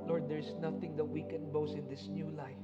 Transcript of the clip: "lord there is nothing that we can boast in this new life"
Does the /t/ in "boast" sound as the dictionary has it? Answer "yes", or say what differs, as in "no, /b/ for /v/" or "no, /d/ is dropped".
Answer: no, /t/ is dropped